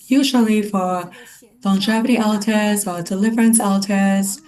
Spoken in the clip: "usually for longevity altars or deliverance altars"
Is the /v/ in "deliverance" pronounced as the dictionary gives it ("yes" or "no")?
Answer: yes